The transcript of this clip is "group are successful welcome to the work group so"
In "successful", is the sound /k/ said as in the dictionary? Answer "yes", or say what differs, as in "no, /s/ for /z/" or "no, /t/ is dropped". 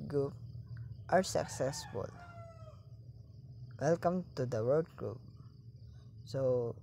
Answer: yes